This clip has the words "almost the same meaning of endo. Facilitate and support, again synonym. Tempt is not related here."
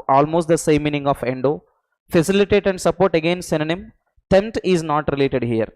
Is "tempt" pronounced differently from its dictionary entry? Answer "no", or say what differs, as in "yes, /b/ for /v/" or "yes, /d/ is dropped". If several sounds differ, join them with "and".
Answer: yes, /p/ is dropped